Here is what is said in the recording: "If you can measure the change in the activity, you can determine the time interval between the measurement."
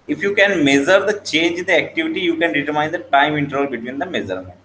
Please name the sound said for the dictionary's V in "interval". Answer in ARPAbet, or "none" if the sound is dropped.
none